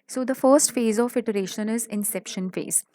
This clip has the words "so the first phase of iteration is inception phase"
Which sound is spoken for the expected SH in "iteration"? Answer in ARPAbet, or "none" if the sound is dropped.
SH